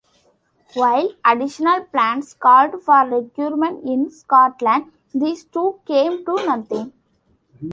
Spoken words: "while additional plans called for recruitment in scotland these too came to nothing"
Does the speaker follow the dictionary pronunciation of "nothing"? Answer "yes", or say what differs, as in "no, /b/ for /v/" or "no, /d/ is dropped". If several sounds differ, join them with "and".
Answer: no, /t/ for /θ/